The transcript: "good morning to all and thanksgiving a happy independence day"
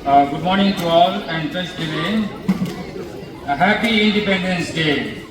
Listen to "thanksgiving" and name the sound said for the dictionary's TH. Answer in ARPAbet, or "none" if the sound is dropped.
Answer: T